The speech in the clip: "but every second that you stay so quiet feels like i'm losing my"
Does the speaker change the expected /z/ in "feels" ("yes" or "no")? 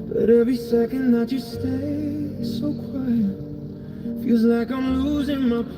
no